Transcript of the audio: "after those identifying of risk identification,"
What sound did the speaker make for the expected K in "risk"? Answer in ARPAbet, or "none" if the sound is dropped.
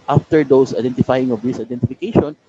none